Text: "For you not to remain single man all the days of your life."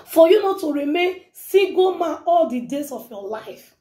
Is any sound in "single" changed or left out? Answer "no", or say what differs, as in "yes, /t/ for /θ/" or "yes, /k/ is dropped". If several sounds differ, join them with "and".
yes, /ŋ/ is dropped